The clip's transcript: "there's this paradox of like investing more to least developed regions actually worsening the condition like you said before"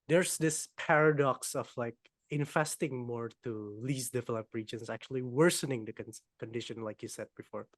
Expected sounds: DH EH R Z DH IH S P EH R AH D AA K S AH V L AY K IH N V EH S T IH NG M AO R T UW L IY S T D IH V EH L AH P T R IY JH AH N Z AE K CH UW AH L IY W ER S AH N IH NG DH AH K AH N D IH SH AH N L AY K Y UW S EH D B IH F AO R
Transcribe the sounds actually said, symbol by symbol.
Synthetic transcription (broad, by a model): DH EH R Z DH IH S P EH R AH D AA K S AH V L AY K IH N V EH S T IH NG M AO R T UW L IY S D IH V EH L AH P R IY JH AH N S AE K CH UW AH L IY W ER S AH N IH NG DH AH K AH N D IH SH AH N L AY K Y UW S EH D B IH F AO R